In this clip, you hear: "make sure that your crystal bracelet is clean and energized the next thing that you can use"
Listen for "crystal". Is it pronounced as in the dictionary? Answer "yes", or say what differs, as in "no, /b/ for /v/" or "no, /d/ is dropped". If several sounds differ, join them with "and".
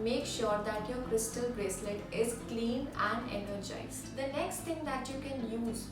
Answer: yes